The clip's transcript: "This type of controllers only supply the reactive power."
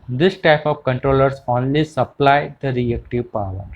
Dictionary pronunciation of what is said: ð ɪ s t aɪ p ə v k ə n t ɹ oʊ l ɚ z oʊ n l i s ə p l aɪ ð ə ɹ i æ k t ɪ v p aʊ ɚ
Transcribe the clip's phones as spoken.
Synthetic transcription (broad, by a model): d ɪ s t aɪ p ə v k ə n t ɹ oʊ l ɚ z oʊ n l i s ə p l aɪ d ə ɹ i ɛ k t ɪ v p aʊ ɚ